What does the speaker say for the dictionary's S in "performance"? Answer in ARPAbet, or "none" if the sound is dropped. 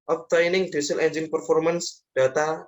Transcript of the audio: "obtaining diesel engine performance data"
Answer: S